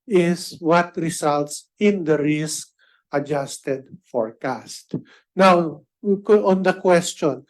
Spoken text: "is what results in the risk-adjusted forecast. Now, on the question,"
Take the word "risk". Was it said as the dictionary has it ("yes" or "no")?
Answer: yes